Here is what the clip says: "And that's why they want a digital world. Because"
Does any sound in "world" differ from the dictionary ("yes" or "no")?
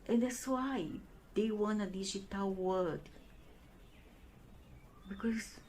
yes